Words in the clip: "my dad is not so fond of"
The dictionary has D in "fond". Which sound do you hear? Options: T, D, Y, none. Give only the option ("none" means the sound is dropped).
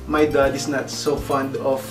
D